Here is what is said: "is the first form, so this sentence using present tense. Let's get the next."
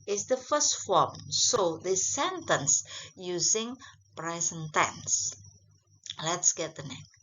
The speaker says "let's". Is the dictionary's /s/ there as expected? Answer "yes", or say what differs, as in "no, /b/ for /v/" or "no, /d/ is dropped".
yes